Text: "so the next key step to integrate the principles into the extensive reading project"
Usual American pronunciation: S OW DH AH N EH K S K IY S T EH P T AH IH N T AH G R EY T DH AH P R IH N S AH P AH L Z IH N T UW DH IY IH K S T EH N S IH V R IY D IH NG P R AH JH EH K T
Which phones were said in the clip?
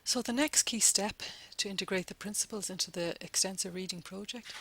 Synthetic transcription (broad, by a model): S OW DH AH N EH K S K IY S T EH P T AH IH N T AH G R EY T DH AH P R IH N S AH P AH L Z IH N T UW DH IY IH K S T EH N S IH V R IY D IH NG P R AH JH EH K T